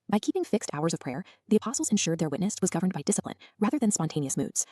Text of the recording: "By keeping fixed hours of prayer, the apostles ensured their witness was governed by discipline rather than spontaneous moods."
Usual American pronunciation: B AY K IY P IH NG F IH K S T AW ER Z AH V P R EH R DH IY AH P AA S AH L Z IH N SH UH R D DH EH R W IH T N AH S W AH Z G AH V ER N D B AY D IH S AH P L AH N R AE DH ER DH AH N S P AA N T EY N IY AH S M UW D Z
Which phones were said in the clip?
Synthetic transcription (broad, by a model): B AY K IY P IH NG F IH K S T AW ER Z AH V P R EH R DH IY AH P AA S L Z IH N SH UH R D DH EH R W IH T N AH S W AH Z G AH V ER N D B AY D IH S AH P L AH N R AE DH ER DH AH N S P AA N T EY N IY AH S M UW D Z